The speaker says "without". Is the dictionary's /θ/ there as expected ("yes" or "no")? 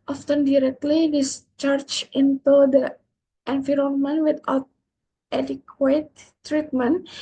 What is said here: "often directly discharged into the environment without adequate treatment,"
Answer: no